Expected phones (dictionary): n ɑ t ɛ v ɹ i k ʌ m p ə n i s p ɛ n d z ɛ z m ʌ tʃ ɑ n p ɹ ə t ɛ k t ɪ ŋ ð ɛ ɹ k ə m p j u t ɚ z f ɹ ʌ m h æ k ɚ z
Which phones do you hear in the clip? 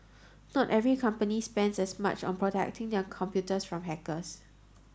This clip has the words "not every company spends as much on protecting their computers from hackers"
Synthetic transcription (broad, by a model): n ɑ t ɛ v ɹ i k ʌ m p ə n i s p ɛ n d s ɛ s m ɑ tʃ ɑ n p ɹ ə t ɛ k t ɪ ŋ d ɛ k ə m p j u t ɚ s f ɹ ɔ m h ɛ k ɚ s